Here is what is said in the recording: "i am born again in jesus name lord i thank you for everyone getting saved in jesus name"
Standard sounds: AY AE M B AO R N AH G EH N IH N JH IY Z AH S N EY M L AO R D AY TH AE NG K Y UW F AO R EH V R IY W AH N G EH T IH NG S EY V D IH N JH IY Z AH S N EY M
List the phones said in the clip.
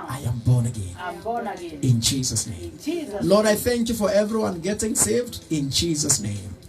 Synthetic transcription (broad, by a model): AY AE M B AO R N AH G EH N IH N JH IY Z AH S N EY M L AO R D AY TH AE NG K Y UW F AO R EH V R IY W AH N G EH T IH NG S EY V D IH N JH IY Z AH S N EY M